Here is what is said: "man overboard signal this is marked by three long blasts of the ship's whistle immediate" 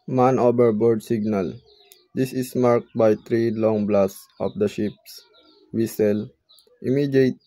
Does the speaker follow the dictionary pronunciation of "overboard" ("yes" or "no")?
no